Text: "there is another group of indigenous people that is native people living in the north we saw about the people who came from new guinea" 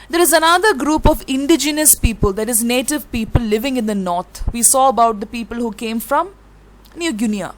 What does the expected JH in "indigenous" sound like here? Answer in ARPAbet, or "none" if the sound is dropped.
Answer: JH